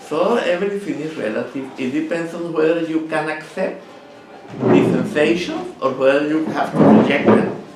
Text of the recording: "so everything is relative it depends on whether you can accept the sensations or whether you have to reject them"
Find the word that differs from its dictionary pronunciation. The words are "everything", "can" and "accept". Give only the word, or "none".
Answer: everything